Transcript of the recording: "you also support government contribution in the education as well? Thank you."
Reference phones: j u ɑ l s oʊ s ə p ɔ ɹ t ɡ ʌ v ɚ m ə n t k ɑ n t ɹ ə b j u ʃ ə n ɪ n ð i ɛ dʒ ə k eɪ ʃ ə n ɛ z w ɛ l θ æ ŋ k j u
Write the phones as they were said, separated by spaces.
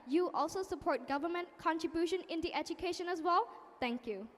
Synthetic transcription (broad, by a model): j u ɑ l s oʊ s ə p ɔ ɹ t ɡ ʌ v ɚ m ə n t k ɑ n t ɹ ə b j u ʃ ə n ɪ n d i ɛ dʒ ə k eɪ ʃ ə n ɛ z w ɛ l t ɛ ŋ k j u